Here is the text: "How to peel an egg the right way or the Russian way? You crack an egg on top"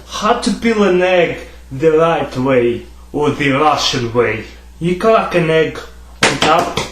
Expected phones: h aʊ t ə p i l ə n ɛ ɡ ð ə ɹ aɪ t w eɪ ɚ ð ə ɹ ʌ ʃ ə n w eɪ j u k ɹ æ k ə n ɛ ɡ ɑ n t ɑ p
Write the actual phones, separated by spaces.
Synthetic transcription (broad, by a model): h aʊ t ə b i l ə n ɛ ɡ ð ə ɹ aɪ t w eɪ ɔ ð ə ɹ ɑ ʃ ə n w eɪ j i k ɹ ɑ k ə n ɛ ɡ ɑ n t ɑ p